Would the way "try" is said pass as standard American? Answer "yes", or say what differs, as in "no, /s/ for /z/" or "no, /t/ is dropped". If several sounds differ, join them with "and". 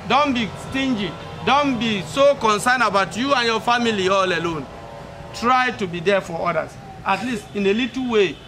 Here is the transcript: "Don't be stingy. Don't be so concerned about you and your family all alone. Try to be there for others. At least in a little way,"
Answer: yes